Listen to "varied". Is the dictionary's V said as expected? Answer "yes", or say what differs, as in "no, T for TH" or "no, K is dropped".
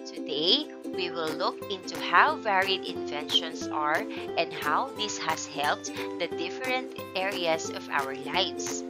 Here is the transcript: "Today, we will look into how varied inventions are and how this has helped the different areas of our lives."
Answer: yes